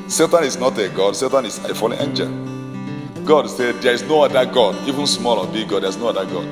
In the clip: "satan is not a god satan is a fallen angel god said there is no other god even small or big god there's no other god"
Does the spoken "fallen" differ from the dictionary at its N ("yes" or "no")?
yes